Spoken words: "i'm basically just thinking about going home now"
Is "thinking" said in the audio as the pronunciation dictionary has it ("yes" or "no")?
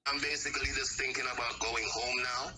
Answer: yes